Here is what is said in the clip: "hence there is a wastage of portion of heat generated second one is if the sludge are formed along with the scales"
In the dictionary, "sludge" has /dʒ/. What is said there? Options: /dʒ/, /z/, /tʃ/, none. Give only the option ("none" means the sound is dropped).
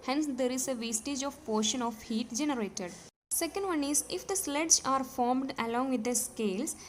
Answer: /z/